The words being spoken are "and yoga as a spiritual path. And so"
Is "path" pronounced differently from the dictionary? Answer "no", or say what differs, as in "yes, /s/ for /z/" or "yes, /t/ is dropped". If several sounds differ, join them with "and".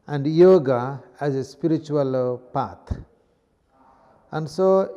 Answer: yes, /t/ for /θ/